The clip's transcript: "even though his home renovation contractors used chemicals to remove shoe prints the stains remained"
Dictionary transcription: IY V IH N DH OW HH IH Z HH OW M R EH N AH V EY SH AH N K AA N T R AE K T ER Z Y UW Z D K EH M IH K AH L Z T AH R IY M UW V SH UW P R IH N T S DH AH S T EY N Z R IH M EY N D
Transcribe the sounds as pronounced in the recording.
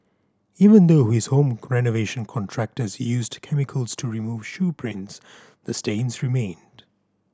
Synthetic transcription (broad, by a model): IY V IH N DH OW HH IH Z HH OW M R EH N AH V EY SH AH N K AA N T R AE K T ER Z Y UW Z D K EH M IH K AH L Z T AH R IY M UW V SH UW P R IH N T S DH AH S T EY N Z R IH M EY N D